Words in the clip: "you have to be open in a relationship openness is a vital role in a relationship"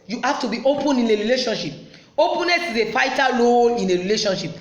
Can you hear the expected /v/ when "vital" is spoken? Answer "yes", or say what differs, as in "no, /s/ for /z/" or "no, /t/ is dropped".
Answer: no, /f/ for /v/